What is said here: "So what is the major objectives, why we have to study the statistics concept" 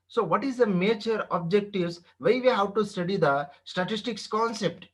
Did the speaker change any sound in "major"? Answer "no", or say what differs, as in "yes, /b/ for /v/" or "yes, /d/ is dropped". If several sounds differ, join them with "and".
yes, /tʃ/ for /dʒ/